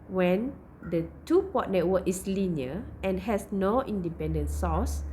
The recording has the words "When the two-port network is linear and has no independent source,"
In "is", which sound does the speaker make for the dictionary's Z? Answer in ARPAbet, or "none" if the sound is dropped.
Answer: S